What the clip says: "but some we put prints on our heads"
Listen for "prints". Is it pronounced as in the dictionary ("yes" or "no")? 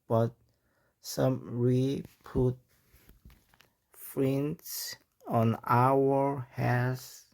no